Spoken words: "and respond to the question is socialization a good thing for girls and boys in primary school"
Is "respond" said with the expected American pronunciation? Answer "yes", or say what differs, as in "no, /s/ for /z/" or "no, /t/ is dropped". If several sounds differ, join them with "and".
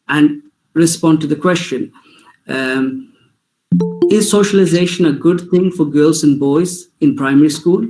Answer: yes